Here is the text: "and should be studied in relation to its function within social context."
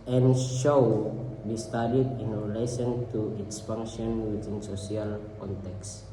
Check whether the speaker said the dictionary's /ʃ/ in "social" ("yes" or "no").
no